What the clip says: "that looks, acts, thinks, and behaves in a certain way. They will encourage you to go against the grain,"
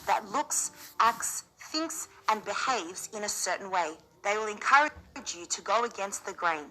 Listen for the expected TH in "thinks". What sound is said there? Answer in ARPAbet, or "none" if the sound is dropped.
TH